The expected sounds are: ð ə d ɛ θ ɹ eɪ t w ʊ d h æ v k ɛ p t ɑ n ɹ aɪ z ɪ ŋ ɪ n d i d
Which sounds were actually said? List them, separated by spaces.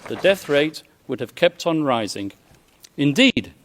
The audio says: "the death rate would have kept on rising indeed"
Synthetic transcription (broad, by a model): ð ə d ɛ θ ɹ eɪ t w ʊ d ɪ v k ɛ p t n ɹ aɪ z ɪ ŋ ɪ n d i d